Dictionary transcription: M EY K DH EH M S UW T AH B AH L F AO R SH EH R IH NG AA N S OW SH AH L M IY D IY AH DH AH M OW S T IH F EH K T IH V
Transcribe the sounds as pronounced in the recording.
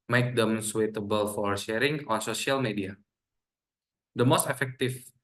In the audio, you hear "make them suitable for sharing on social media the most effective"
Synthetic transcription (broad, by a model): M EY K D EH M S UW T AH B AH L F AO R SH EH R IH NG AA N S OW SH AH L M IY D IY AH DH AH M OW S T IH F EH K T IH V